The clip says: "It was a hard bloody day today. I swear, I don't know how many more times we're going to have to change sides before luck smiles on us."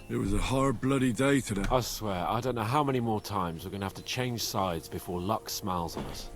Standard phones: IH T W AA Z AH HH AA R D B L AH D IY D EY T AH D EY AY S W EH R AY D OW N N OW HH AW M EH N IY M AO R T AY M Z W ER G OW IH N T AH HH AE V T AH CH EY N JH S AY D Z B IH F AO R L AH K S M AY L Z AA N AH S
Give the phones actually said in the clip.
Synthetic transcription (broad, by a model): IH T W AA Z AH HH AA R D B L AH D IY D EY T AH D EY AY S W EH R AY D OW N N OW HH AW M EH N IY M AO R T AY M Z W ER G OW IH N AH HH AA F T AH CH EY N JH S AY D Z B IH F AO L AH K S M AY L Z N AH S